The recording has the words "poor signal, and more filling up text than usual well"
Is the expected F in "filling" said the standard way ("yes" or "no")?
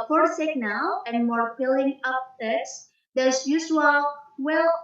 no